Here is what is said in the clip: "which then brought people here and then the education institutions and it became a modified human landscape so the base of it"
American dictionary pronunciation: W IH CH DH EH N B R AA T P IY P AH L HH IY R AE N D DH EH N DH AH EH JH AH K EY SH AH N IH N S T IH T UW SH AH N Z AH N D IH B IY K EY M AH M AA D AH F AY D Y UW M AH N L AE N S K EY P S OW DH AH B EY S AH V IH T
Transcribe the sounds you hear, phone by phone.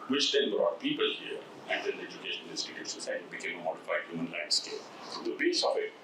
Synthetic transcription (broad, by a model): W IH CH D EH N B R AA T P IY P AH L HH IY R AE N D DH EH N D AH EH JH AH K EY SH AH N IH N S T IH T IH S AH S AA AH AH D IH B IY K EY M AH M AA D AH F AY D Y UW M AH N L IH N S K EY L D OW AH B EY S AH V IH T